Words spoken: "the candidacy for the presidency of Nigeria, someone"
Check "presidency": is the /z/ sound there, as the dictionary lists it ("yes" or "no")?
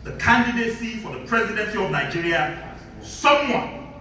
yes